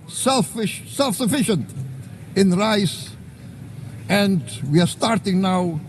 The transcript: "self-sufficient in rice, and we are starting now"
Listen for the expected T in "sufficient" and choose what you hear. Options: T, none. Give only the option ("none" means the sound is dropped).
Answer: T